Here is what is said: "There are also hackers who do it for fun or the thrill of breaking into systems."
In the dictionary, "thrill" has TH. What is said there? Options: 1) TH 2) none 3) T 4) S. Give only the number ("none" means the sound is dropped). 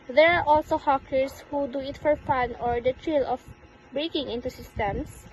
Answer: 3